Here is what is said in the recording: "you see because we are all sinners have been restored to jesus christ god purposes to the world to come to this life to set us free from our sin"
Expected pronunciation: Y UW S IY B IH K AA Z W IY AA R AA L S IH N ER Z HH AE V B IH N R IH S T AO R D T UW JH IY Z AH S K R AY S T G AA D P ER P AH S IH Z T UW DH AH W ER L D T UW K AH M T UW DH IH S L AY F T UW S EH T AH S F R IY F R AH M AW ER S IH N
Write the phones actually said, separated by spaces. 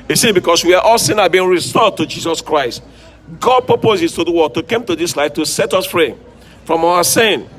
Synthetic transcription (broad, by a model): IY S IY B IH K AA S W IY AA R AA L S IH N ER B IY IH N R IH S T AO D T UW JH IY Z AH S K R AY S T G AA D P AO P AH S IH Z T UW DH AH W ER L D T UW K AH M T UW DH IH S L AY F T UW S EH T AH S F R IY F R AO M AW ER S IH N